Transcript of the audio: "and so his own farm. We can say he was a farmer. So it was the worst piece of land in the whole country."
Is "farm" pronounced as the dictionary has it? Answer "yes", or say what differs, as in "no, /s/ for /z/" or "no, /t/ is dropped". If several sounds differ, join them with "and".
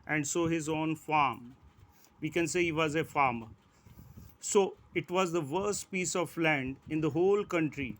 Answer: yes